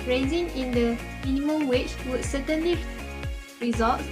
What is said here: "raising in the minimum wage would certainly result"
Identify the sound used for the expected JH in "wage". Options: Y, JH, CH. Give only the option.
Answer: CH